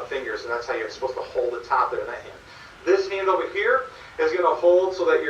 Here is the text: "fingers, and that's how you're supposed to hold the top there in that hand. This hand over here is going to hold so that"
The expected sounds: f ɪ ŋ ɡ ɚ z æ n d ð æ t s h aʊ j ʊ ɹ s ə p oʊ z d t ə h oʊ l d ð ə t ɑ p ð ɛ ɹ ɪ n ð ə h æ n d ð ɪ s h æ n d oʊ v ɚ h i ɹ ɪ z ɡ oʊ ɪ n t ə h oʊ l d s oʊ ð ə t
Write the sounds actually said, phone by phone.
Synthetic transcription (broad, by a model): f ɪ ŋ ɡ ɚ z n ð æ t s h aʊ j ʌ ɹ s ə p oʊ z t ə h oʊ l d ð ə t ɑ p ð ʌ ɹ ɪ n ð ə h æ n d ð ɪ s h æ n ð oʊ ɚ h i ɹ ɪ z ɡ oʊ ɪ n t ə h oʊ l d s oʊ ð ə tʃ